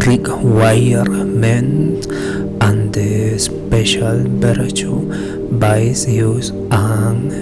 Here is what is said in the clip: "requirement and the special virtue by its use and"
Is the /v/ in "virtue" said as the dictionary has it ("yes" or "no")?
no